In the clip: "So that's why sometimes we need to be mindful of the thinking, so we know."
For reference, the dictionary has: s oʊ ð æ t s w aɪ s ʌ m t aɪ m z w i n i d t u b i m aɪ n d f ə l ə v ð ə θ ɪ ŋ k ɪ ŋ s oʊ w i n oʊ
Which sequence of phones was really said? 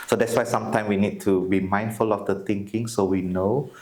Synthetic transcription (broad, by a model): s oʊ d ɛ t s w aɪ s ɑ m t aɪ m w i n i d t u b i m aɪ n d f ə l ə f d ə t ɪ ŋ k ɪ ŋ s oʊ w i n oʊ